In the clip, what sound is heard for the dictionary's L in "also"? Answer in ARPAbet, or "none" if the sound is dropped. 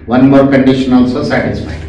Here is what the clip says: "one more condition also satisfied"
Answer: L